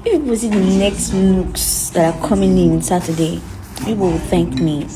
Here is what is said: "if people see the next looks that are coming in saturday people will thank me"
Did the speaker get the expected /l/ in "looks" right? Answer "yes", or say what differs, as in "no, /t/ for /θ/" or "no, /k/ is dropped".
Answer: no, /n/ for /l/